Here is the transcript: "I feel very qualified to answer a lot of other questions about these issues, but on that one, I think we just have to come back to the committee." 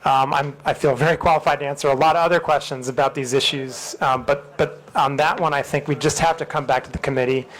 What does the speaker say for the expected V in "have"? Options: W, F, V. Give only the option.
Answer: F